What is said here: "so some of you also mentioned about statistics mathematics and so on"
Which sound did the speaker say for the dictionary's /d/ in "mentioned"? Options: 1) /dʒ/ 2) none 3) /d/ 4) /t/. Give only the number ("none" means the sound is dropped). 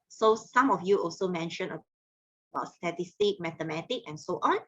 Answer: 2